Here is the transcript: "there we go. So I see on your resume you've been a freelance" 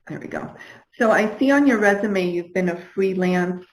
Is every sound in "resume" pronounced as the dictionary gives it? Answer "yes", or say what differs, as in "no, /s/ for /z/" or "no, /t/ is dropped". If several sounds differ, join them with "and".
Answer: yes